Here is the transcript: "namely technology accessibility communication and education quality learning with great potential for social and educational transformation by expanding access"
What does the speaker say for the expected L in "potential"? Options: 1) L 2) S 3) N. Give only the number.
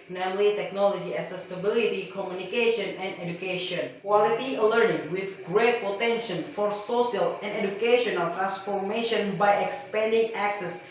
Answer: 3